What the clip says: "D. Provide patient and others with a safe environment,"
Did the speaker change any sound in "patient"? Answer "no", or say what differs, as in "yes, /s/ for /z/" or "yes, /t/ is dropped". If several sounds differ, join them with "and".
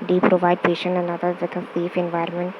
no